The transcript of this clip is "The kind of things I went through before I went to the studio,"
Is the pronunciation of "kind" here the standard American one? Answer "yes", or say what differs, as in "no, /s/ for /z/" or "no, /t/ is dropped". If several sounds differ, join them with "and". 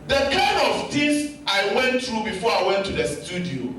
no, /d/ is dropped